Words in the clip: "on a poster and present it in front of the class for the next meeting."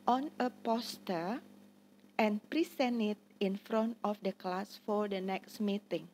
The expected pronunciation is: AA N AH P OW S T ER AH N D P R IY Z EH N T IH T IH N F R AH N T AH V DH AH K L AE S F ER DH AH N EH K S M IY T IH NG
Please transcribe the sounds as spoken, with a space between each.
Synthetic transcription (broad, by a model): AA N AH P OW S T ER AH N P R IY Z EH N IH T IH N F R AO N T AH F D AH K L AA S F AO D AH N EH K S M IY T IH NG